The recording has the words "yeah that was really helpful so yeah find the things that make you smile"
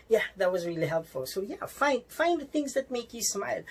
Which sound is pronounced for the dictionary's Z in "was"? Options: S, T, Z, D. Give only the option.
Z